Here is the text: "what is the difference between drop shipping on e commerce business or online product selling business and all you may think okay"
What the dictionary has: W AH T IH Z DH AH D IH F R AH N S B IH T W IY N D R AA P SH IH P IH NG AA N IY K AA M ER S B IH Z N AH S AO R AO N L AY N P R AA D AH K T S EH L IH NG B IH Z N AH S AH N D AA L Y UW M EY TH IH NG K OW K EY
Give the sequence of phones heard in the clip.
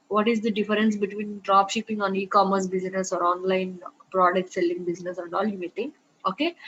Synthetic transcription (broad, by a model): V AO T IH Z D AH D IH F R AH N S B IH T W IY N D R AA P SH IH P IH NG AA N IY K AA M ER S B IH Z N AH S AO R AO N L AY N P R AA D AH K T S EH L IH NG B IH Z N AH S AH N D AA L Y UW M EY T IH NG OW K EY